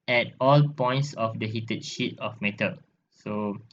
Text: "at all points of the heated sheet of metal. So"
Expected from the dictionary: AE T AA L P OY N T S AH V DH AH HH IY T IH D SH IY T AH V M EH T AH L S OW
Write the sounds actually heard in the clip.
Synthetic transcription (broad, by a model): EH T AA L P OY N T S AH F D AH HH IY T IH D SH IY T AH F M EH T AH L S OW